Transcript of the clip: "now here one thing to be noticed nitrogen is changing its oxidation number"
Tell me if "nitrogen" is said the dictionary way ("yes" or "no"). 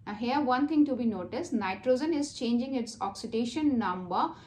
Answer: yes